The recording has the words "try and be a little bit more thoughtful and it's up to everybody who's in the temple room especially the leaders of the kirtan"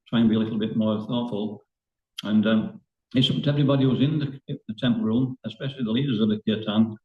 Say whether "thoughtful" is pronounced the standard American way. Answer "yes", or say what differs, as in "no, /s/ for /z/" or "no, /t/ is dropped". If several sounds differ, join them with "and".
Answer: yes